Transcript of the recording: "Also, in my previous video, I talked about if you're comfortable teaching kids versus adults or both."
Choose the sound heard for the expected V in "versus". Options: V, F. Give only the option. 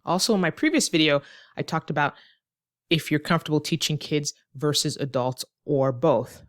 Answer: V